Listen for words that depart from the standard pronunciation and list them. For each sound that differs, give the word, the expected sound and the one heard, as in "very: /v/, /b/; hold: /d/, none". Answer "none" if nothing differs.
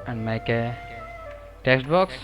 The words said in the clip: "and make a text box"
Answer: none